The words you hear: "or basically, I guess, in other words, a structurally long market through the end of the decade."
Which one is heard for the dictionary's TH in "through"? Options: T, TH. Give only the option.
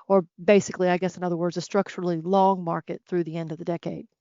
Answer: TH